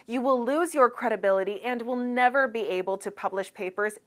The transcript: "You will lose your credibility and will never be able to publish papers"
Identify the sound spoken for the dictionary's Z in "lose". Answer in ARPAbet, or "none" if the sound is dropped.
Z